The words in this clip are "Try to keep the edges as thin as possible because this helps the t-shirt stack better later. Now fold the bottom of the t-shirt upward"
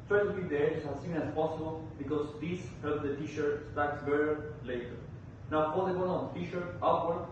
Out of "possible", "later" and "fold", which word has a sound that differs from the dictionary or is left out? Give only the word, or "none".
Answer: fold